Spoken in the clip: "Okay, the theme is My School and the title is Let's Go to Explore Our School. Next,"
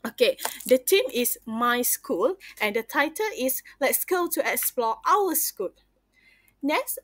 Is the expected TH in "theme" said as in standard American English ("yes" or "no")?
no